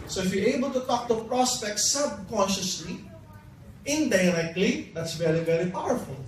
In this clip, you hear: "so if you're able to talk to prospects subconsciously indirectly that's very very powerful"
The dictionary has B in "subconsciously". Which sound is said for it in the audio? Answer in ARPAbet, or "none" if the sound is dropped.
B